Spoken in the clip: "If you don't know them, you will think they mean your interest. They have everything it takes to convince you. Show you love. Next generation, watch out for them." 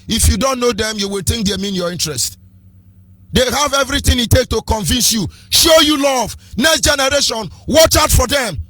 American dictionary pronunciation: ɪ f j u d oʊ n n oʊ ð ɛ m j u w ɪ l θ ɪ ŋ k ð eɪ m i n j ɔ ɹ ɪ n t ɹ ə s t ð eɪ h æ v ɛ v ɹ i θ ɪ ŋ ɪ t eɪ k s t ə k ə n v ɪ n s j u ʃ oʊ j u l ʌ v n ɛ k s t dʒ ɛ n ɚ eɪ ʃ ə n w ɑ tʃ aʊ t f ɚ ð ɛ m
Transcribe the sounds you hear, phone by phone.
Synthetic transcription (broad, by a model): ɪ f j u d oʊ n n oʊ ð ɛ m j u w ɪ l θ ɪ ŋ k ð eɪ m i n j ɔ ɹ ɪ n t ɹ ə s t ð eɪ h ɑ v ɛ v ɹ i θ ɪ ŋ ɪ t eɪ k t ə k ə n v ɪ n s j u ʃ oʊ j u l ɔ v n ɛ k s t dʒ ɛ n ɚ eɪ ʃ ə n w ɑ tʃ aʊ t f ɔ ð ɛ m